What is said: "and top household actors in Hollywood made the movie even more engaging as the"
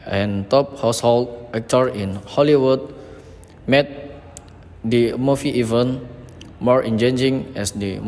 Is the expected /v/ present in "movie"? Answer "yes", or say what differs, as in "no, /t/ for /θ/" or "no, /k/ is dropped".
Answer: no, /f/ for /v/